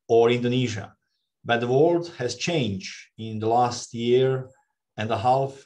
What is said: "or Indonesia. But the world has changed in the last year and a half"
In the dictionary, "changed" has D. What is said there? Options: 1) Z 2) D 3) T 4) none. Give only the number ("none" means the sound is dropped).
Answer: 4